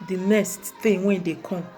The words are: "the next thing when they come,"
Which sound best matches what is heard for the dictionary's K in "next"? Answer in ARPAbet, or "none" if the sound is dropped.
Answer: none